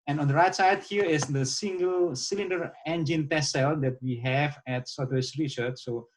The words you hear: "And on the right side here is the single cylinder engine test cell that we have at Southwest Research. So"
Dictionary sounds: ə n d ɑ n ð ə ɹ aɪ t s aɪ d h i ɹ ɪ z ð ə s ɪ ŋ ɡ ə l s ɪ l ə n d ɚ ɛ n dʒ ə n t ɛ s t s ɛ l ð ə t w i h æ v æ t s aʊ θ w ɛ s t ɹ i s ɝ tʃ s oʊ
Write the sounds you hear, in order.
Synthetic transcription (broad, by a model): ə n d ɑ n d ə ɹ aɪ t s aɪ d h i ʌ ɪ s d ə s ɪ ŋ ɡ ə l s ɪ l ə n d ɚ ɛ n dʒ ə n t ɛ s s ɛ l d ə t w i h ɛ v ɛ t s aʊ t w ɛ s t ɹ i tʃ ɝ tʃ s oʊ